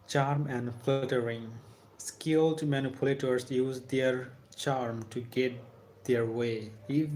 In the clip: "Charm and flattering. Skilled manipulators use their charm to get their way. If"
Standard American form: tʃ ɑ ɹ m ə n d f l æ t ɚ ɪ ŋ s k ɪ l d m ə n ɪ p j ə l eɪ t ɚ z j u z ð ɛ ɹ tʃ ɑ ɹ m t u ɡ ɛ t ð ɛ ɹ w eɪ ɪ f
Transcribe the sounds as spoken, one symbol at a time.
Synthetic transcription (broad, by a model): tʃ ɑ ɹ m ə n d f l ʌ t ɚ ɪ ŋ s k ɪ l d m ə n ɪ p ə l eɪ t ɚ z j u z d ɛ ɹ tʃ ɑ ɹ m t u ɡ ɛ t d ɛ ɹ w eɪ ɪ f